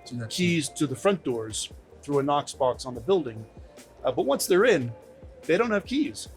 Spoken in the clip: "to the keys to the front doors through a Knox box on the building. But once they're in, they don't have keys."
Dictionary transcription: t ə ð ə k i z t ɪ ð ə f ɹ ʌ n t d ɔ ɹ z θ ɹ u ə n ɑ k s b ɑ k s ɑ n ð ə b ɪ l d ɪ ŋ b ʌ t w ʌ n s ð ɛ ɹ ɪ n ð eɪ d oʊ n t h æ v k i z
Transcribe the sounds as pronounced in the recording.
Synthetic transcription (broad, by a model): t k i z t ɪ ð ə f ɹ ʌ n d ɔ ɹ z θ ɹ u ə n ɑ k s b ɑ k s n ð ə b ɪ l d ɪ ŋ b ʌ t w ʌ n s ð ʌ ɹ ɪ n ð eɪ d oʊ n t h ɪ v k i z